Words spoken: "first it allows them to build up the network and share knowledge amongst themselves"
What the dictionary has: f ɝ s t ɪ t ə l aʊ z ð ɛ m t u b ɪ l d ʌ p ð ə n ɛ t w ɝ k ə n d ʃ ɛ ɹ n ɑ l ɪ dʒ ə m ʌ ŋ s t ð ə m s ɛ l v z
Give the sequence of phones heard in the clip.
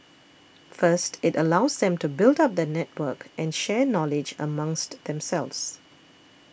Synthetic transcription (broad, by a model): f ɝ s t ɪ t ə l aʊ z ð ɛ m t u b ɪ l d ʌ p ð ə n ɛ t w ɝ k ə n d ʃ ɛ n ɑ l ɪ dʒ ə m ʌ ŋ s t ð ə m s ɛ l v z